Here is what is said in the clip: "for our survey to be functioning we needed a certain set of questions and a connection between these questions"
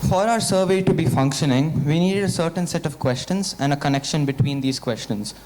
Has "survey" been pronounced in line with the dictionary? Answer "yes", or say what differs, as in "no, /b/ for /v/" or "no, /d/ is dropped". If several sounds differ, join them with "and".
yes